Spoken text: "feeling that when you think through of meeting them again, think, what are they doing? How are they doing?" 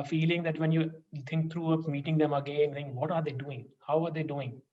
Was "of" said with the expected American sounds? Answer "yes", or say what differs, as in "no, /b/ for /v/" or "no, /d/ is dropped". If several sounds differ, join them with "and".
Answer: no, /p/ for /v/